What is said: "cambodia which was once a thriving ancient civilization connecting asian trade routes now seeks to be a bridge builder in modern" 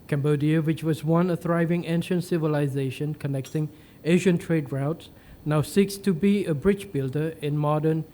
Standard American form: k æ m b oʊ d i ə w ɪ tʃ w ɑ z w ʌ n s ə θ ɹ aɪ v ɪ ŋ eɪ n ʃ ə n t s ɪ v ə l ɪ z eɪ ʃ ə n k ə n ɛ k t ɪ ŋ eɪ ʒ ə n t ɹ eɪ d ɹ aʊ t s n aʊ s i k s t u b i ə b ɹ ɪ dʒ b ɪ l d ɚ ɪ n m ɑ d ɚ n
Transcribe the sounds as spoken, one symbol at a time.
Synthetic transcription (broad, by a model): k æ m b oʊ d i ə w ɪ tʃ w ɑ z w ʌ n ə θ ɹ aɪ v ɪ ŋ eɪ n ʃ ə n t s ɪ v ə l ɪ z eɪ ʃ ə n k ə n ɛ k t ɪ ŋ eɪ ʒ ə n t ɹ eɪ d ɹ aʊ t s n aʊ s i k s t u b i ə b ɹ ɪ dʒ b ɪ l d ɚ ɪ n m ɑ d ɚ n